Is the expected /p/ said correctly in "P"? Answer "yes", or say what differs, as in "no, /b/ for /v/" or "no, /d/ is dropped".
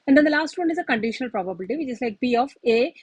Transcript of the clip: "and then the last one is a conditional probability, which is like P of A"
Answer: no, /b/ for /p/